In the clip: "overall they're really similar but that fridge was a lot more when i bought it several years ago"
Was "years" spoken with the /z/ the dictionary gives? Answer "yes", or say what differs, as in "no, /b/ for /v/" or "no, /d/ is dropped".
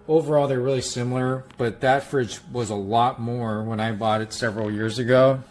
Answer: yes